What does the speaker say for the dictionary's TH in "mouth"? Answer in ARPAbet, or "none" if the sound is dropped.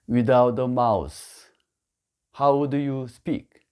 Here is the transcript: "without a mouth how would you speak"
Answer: S